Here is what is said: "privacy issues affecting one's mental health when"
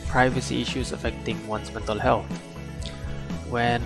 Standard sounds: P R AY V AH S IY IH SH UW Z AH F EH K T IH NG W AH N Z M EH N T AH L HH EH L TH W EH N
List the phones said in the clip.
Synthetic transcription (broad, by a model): P R AY V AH S IY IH SH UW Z AH F EH K T IH NG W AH N S M EH N T AH L HH EH L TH W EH N